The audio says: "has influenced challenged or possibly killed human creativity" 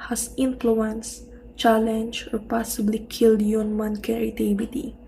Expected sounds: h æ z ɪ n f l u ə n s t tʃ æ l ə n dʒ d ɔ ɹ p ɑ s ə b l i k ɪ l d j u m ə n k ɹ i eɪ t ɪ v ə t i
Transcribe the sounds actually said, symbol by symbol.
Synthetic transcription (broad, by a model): h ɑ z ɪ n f l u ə n s tʃ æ l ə n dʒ ɔ ɹ p ɑ s ə b l i k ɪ l d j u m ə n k ɹ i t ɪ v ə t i